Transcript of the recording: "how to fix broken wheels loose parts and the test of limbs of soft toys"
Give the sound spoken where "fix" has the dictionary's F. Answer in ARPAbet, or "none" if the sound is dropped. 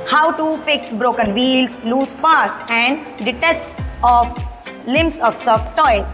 P